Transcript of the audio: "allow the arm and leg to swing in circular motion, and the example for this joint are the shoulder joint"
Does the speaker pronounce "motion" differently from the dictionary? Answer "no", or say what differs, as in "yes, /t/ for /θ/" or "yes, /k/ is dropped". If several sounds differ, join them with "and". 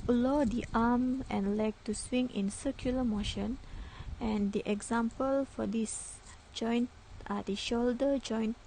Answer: no